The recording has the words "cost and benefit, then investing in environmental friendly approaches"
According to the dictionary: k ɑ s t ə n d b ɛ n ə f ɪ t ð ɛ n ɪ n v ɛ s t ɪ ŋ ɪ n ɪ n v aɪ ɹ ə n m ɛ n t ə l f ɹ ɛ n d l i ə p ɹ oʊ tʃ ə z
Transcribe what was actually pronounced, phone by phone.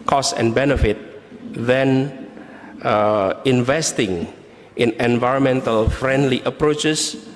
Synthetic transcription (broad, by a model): k ɑ s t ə n b ɛ n ə f ɪ t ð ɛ n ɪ n v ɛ s t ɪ ŋ ɪ n ɪ n v aɪ ɹ ə n m ɛ n t ə l f ɹ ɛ n d l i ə p ɹ oʊ tʃ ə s